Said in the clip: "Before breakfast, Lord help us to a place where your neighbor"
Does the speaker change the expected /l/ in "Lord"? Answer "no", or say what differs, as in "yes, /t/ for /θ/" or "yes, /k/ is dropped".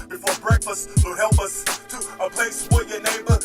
yes, /w/ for /l/